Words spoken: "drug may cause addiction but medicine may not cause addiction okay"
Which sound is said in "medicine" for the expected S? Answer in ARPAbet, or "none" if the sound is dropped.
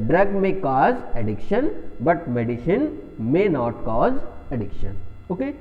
SH